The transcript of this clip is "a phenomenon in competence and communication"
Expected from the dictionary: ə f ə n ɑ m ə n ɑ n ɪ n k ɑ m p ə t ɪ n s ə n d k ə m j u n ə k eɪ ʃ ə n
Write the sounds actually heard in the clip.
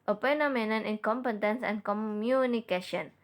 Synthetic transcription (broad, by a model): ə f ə n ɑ m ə n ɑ n ɪ n k ɑ m p ə t ɪ n s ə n k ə m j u n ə k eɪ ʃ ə n